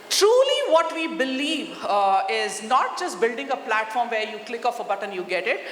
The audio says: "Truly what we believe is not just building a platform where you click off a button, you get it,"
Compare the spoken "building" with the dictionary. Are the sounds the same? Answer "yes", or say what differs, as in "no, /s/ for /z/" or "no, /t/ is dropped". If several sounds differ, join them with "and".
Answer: yes